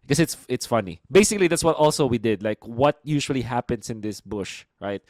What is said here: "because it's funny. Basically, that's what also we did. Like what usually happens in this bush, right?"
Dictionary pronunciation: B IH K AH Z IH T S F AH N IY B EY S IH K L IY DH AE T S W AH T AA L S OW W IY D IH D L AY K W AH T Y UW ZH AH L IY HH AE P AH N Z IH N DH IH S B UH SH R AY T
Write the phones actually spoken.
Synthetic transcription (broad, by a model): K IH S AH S IH T S F AH N IY B EY S IH K L IY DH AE T S W AH T AA L S OW W IY D IH D L AY K W AH T Y UW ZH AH L IY HH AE P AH N S IH N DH IH S B UH SH R AY T